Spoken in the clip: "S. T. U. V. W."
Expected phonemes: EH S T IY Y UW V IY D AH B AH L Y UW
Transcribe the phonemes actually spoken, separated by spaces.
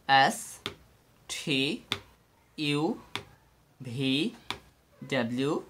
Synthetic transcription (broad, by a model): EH S T IY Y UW B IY D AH B L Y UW